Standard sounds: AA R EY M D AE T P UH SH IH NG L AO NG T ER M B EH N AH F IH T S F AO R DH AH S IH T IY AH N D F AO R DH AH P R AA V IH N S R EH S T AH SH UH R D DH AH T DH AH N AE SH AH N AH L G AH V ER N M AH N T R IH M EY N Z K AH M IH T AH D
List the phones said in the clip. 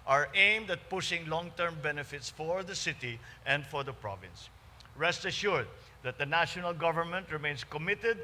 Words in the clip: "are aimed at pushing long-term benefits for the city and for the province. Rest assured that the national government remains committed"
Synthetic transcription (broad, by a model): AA R EY M D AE T P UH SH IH NG L AO NG T ER M B EH N AH F IH T S F AO R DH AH S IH T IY AH N D F AO R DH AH P R AA V IH N S R EH S T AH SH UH R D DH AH T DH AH N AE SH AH N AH L G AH V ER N M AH N T R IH M EY N S K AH M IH T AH D